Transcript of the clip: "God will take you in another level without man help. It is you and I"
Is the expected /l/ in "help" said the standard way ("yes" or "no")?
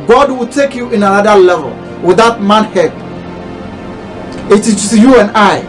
no